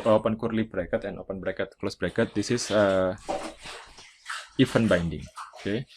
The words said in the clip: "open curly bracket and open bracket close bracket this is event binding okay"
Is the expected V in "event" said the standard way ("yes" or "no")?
no